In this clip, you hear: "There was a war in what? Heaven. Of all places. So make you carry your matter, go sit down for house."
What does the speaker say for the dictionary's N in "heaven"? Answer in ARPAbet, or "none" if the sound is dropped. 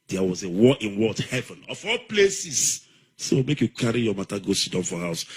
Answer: N